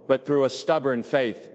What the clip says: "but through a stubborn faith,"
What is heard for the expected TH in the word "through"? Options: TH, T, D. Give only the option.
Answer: TH